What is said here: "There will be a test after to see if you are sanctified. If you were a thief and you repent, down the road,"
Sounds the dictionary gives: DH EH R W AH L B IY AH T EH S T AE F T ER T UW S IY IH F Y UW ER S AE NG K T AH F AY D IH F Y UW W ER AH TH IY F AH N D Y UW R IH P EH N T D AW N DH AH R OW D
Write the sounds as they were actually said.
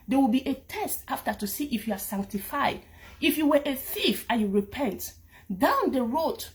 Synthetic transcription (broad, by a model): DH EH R W AH L B IY AH T EH S T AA F T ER T UW S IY IH F Y UW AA S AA NG K T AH F AY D IH F Y UW W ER AH TH IY F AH Y UW R IH P EH N T D AW N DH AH R OW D